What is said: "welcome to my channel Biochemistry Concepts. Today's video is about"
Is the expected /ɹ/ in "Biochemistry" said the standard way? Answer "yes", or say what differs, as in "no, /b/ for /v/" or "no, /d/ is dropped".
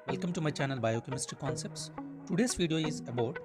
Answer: no, /ɹ/ is dropped